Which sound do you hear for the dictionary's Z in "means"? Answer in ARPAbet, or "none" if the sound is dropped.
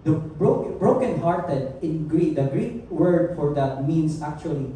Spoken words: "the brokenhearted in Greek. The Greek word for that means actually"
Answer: S